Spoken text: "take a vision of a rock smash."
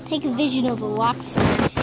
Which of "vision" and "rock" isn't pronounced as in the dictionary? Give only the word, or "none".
rock